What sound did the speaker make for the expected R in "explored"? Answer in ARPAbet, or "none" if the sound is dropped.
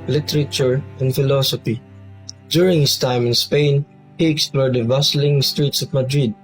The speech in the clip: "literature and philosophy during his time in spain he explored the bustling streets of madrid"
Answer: R